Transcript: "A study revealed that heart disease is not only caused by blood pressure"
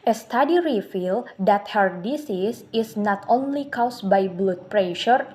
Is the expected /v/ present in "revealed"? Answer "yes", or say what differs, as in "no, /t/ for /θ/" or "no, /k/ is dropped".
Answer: no, /f/ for /v/